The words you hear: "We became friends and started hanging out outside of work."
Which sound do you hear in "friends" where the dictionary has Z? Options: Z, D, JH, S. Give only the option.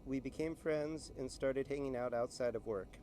Z